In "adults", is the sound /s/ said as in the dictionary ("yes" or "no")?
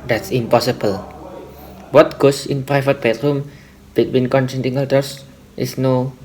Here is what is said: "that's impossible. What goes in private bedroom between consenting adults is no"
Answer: no